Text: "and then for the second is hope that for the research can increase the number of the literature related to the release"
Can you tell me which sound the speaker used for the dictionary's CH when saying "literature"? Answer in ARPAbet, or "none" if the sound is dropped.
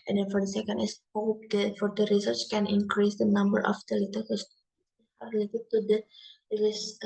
S